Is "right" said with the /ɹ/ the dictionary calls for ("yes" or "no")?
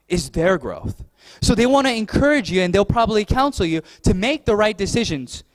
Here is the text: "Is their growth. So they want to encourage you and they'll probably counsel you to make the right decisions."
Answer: yes